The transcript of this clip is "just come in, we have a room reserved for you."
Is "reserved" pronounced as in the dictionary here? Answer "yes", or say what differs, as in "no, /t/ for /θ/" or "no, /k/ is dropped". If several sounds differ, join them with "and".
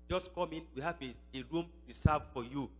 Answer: no, /s/ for /z/